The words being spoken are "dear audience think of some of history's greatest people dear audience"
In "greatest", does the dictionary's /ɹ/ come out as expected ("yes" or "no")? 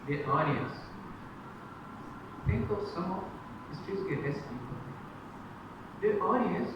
no